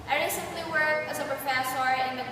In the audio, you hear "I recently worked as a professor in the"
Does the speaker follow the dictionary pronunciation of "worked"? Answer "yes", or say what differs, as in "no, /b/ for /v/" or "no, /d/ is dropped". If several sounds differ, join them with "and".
no, /t/ is dropped